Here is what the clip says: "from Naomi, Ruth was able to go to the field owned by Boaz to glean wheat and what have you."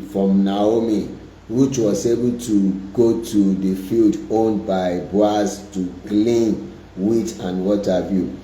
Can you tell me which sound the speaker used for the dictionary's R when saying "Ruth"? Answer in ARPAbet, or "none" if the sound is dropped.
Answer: W